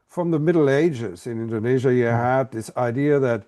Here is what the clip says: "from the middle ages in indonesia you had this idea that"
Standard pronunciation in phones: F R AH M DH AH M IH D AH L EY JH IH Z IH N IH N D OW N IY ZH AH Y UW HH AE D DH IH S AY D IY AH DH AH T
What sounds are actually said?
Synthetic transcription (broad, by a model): F R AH M DH AH M IH D L EY JH IH Z IH N IH N D OW N IY ZH AH Y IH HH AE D DH IH S AY D IY AH DH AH T